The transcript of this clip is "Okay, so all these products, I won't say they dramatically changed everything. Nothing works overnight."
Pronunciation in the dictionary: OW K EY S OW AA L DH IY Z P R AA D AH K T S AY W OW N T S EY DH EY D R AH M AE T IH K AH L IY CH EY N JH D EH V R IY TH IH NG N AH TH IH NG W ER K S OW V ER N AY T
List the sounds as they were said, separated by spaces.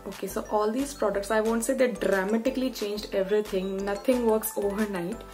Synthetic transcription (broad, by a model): OW K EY S OW AA L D IY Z P R AA D AH K T S AY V OW N T S EY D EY D R AH M AE T IH K AH L IY CH EY N JH D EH V R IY T IH NG N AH T IH NG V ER K S OW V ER N AY T